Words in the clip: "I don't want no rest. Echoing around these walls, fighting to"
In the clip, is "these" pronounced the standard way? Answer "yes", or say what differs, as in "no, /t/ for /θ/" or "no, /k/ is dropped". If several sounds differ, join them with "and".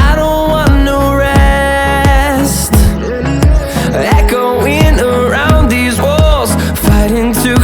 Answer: yes